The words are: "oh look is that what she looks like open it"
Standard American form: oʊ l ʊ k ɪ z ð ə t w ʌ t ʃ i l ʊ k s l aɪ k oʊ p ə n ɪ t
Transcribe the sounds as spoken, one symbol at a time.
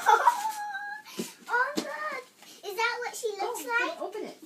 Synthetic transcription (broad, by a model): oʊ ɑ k ɪ z ð ə t w ʌ t ʃ i l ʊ s l aɪ k oʊ p ə n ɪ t